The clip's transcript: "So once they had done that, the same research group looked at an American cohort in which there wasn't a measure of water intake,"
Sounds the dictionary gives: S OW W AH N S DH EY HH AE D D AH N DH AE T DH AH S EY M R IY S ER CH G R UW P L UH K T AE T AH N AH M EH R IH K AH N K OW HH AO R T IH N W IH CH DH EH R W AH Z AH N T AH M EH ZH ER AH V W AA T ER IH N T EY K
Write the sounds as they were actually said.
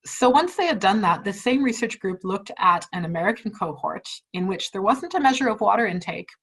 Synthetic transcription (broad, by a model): S OW W AH N S DH EY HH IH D D AH N DH AE T DH AH S EY M R IY S ER CH G R UW P L UH K T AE T AH N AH M EH R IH K N K OW HH AO R T IH N W IH CH DH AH R W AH Z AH N T AH M EH ZH ER AH V W AA T ER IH N T EY K